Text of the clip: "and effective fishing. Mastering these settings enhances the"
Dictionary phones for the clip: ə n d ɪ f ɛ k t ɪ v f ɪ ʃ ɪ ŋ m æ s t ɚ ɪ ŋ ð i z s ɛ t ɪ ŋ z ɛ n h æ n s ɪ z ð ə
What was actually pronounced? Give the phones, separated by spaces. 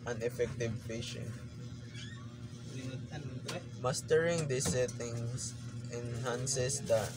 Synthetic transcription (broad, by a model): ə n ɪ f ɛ k t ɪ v p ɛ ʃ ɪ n m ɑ s t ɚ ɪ ŋ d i s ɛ t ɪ ŋ s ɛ n h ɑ n s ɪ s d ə